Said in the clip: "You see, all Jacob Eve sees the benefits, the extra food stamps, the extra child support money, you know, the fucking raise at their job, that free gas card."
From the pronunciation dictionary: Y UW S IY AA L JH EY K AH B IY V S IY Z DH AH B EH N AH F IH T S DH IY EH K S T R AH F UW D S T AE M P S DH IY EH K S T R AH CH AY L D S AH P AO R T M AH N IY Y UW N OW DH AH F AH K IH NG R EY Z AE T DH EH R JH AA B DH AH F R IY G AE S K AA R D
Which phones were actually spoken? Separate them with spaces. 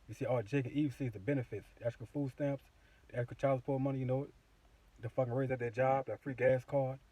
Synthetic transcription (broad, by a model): Y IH S IY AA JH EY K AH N IY V S IY Z DH AH B EH N AH F IH T S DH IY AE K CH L F UW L S T AE M P S DH IY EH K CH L CH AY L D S P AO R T M AH N IY Y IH N OW DH AH F AH K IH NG R EY Z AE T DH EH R JH AA B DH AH F R IY G AE S K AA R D